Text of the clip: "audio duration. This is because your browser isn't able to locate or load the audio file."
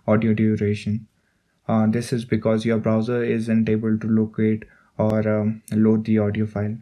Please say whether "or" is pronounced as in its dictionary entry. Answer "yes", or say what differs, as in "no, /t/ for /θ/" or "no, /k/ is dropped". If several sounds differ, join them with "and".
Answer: yes